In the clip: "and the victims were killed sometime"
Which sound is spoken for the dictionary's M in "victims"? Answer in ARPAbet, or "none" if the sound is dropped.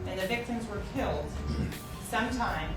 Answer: M